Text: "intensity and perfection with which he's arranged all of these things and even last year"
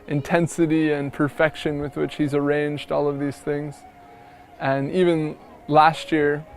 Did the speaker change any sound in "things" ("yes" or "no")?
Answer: no